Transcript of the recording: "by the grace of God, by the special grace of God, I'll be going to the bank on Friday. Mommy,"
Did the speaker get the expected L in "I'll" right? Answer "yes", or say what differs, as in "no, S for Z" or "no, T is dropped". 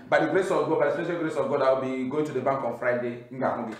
no, W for L